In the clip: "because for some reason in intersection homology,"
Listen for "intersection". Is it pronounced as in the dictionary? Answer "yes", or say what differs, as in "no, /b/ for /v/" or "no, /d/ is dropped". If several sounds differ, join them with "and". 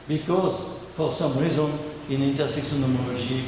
no, /s/ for /ʃ/